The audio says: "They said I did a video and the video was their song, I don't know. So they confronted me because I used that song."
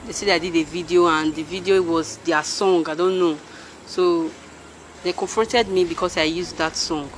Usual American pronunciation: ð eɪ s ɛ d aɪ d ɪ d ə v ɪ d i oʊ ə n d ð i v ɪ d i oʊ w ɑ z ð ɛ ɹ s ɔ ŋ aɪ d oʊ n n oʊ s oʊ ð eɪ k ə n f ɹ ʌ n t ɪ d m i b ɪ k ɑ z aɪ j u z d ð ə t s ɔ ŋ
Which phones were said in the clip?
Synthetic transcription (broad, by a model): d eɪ s ɛ d aɪ d ɪ d ə v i d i oʊ ə n d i v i d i oʊ w ɑ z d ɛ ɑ s ɔ ŋ aɪ d oʊ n n oʊ s oʊ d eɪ k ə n f ɹ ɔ n t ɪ d m i b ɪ k ɑ s aɪ j u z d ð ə t s ɔ ŋ